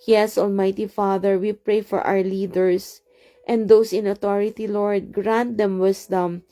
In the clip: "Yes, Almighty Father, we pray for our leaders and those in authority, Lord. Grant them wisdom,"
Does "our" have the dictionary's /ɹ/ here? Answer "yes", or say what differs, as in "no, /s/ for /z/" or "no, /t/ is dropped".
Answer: no, /w/ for /ɹ/